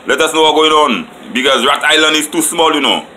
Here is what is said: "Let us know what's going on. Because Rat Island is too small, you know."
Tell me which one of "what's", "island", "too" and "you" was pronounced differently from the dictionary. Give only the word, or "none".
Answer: what's